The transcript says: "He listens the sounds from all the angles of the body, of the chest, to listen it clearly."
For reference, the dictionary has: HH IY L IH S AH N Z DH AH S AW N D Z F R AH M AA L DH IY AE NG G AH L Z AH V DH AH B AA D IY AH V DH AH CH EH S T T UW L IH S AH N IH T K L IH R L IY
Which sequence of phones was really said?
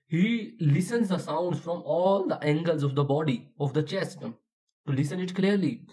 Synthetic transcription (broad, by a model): HH IY L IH S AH N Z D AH S AW N D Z F R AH M AA L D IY AE NG G AH L Z AH V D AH B AA D IY AH V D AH CH EH S T T UW L IH S AH N IH T K L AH R L IY